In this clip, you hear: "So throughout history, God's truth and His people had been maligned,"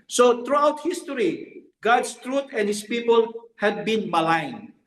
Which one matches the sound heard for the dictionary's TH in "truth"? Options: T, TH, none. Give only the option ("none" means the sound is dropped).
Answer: T